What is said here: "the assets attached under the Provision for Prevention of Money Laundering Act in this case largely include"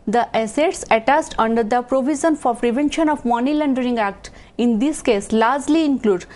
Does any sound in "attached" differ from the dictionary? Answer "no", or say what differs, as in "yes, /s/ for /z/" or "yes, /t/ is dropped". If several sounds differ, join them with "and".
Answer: yes, /s/ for /tʃ/